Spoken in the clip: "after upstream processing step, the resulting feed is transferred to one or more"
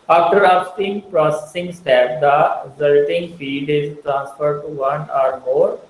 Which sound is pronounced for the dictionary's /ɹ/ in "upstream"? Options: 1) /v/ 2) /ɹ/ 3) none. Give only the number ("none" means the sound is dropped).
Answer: 3